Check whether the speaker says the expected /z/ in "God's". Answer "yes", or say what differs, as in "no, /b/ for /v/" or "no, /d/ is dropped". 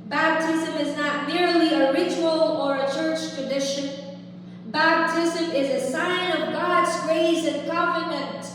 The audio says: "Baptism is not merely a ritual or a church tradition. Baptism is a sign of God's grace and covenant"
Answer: yes